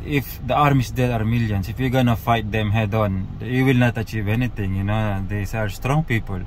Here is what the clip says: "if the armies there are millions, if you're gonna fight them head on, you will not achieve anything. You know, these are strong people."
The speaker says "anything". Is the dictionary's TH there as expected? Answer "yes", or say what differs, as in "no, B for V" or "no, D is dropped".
no, T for TH